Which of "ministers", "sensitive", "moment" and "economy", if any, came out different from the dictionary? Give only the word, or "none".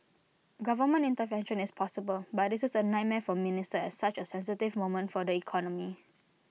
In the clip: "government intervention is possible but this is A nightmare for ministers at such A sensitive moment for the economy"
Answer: ministers